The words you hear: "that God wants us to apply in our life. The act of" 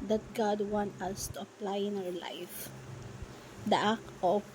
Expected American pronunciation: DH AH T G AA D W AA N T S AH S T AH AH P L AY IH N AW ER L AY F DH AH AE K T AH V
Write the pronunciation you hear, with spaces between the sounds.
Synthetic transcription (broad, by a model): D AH T G AA D W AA N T AH S T AH AH P L AY IH N AW ER L AY F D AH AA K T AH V